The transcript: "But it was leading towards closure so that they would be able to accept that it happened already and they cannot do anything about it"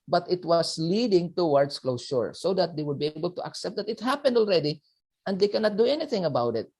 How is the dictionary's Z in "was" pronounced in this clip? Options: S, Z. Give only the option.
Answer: S